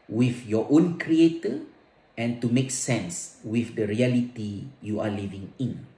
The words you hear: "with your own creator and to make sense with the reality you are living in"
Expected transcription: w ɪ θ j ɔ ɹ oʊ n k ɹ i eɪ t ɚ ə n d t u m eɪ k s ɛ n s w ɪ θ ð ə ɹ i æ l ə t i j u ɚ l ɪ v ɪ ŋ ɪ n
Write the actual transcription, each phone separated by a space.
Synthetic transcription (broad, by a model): w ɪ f j ɔ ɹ oʊ n k ɹ i eɪ t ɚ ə n t u m eɪ k s ɛ n s w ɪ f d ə ɹ i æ l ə t i j u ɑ l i v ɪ ŋ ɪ n